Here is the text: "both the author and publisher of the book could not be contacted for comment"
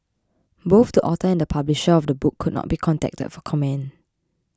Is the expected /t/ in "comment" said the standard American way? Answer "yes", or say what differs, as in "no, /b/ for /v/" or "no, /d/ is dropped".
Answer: no, /t/ is dropped